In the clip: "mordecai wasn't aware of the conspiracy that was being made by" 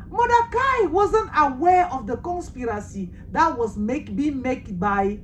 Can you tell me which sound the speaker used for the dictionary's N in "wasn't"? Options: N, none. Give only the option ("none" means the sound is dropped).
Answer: N